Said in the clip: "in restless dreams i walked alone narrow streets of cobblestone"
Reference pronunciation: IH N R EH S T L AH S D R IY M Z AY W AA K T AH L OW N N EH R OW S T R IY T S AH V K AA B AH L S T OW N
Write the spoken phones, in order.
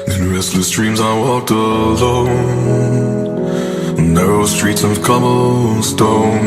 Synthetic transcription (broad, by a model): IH N R EH S T L AH S D R IY M Z AY W AA K T AH L OW N N EH R OW S T R IY T S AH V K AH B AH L S T OW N